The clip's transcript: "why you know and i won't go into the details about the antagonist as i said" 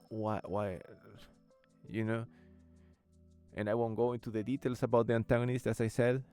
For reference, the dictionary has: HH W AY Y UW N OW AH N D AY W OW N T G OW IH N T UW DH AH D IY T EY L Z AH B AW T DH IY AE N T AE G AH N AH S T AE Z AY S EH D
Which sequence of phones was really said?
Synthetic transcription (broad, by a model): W W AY Y UW N OW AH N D AY W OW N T G OW IH N T UW DH AH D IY T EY L S AH B AW T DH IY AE N T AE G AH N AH S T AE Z AY S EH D